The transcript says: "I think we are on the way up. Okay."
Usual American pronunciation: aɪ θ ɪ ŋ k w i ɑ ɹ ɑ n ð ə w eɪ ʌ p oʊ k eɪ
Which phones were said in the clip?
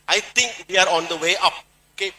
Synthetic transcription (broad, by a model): aɪ t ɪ ŋ k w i ɑ ɹ ɑ n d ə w eɪ ʌ p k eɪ